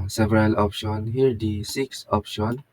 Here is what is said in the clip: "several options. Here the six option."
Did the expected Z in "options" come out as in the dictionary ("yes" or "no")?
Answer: no